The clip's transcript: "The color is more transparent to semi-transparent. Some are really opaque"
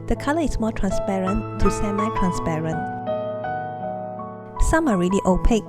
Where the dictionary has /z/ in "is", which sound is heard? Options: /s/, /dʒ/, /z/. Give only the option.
/s/